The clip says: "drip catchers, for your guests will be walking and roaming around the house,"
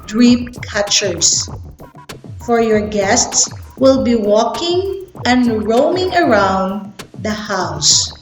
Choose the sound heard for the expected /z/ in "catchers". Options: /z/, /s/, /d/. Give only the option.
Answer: /s/